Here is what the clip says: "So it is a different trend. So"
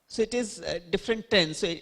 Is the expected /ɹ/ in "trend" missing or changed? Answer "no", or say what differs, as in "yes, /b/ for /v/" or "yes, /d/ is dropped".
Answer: yes, /ɹ/ is dropped